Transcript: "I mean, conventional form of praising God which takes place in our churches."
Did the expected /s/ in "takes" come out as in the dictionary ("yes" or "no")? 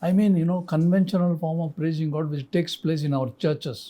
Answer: yes